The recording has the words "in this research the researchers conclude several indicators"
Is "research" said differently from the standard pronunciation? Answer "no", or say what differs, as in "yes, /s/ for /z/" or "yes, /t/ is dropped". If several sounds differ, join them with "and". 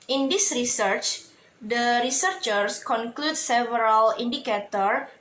no